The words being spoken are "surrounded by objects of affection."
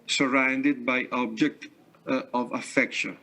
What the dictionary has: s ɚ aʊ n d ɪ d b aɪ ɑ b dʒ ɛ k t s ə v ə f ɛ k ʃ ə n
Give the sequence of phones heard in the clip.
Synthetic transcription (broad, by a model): s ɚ aʊ n d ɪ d b aɪ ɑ b dʒ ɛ k t ə v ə f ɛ k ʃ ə n